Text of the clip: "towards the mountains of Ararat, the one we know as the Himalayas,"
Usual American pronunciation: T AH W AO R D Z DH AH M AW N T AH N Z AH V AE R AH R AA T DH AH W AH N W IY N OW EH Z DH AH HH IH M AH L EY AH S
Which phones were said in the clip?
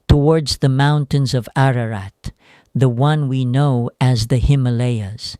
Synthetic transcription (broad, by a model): T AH W AO R D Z DH AH M AW N T AH N Z AH V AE R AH R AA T DH AH W AH N W IY N OW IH Z DH AH HH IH M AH L EY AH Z